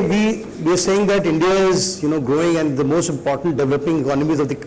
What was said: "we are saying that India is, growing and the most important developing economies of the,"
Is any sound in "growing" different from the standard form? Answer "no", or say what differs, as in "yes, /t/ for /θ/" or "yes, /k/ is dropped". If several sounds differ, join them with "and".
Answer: no